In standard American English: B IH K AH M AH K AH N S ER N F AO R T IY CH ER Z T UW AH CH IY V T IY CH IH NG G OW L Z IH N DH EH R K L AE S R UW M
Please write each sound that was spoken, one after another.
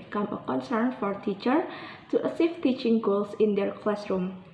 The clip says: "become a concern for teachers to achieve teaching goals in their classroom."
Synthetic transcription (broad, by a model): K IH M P AH K AH N S ER N F AO R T IY CH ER T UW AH S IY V T IY CH IH NG G OW L S IH N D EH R K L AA S R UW M